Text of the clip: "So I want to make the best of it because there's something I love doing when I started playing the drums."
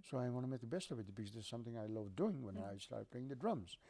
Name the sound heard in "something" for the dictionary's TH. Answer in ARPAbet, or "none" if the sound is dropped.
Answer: TH